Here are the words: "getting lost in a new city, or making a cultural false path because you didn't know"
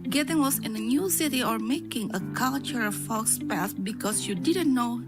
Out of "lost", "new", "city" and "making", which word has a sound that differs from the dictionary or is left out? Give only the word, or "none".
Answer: lost